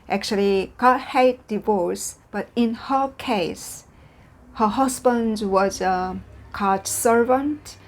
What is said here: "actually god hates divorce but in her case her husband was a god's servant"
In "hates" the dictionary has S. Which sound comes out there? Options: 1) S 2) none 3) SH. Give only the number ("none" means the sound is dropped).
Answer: 2